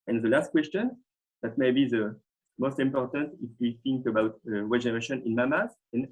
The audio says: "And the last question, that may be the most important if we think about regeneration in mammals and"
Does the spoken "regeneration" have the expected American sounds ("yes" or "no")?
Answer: no